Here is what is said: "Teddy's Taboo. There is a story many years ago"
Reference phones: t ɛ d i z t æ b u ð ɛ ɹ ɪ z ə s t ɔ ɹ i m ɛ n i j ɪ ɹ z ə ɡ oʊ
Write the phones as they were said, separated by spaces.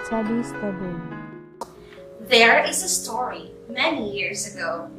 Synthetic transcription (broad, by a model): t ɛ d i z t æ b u ð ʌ ɹ ɪ z ə s t ɔ ɹ i m ɛ n i j ɪ ɹ z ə ɡ oʊ